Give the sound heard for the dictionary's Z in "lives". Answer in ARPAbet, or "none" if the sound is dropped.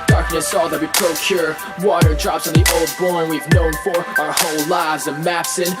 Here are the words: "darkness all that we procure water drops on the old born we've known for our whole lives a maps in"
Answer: Z